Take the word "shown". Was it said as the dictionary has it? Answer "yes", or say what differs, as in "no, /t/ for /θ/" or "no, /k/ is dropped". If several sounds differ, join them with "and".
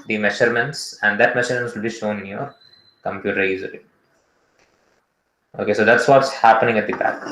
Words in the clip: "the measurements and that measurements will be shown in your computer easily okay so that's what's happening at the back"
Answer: yes